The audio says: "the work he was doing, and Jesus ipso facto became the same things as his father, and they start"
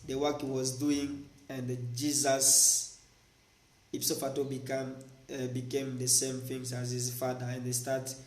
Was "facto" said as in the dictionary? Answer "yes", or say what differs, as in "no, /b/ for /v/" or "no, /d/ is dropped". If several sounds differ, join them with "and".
no, /k/ is dropped